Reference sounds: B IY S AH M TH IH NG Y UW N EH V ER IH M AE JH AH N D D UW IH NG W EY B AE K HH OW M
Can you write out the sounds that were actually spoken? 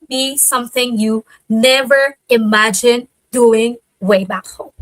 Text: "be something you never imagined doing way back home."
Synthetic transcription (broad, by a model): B IY S AH M TH IH NG Y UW N EH V ER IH M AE JH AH N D D UW IH NG W EY B AE K HH OW M